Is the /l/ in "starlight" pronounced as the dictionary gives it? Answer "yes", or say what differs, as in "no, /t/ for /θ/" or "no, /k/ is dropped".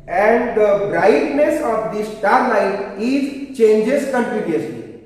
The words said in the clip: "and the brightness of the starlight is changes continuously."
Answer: no, /n/ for /l/